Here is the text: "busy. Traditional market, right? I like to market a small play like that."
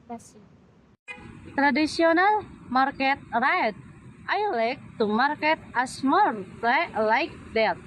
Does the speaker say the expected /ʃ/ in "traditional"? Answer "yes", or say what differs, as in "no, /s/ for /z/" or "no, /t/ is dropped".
no, /s/ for /ʃ/